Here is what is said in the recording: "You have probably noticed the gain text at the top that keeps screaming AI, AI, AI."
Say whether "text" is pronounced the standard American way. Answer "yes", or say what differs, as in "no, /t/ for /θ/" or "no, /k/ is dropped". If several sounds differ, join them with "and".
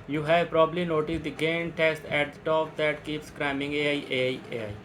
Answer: no, /k/ is dropped